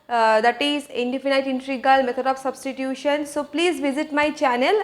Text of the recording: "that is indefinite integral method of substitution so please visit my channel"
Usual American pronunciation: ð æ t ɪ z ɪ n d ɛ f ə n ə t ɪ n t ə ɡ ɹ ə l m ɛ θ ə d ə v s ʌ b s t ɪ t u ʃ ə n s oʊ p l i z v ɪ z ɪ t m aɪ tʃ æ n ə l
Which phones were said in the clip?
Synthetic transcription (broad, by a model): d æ t ɪ z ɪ n d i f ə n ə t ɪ n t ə ɡ ə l m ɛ t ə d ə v s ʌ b s t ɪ t u ʃ ə n s oʊ p l i z v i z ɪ t m aɪ tʃ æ n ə l